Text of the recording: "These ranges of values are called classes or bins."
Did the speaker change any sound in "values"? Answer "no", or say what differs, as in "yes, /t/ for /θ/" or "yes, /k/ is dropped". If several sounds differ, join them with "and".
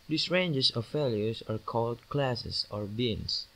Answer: yes, /f/ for /v/